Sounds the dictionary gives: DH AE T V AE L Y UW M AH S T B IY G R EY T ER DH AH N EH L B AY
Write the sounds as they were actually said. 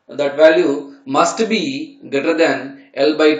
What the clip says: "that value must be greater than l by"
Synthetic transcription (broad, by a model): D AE T V AE L Y UW M AH S T B IY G EY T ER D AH N EH L B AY